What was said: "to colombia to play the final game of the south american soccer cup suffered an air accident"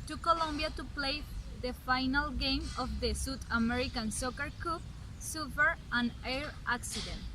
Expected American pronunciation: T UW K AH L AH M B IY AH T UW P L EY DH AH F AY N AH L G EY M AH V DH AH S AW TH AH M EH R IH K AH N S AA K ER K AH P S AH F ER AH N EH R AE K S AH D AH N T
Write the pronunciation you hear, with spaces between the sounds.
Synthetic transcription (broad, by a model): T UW K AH L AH M B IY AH T UW P L EY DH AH F AY N AH L G EY M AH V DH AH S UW T AH M EH R IH K AH N S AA K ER K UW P S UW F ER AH N EH R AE K S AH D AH N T